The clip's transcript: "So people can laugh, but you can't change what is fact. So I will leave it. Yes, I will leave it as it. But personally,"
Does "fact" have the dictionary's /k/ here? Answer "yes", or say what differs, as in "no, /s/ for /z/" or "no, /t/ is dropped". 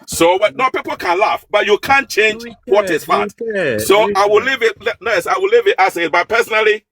no, /k/ is dropped